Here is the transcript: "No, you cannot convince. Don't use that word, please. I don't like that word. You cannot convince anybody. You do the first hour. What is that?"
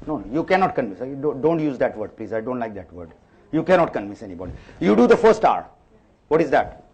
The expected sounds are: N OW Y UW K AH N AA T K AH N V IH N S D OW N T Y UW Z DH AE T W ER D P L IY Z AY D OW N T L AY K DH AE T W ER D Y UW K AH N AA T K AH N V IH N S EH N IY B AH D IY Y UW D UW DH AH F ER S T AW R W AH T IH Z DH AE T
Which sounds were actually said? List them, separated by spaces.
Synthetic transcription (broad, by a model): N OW Y UW K AH N AA T K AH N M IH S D D OW N T Y UW Z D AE T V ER D P L IY Z AY D OW N T L AY K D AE T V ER D Y UW K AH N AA T K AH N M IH S EH N IY B AH D IY Y UW D UW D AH F ER S T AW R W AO T IH Z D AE T